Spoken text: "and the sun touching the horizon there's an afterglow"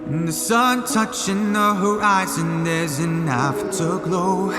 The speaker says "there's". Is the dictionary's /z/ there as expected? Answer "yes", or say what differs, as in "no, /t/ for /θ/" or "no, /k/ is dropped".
yes